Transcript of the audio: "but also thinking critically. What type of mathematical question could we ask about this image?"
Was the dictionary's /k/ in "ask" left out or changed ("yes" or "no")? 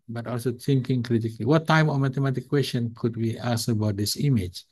yes